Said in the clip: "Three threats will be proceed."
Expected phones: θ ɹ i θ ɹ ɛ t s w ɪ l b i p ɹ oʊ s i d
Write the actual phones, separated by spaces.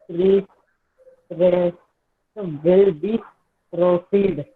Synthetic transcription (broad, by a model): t ɹ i s ɹ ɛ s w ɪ l b i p ɹ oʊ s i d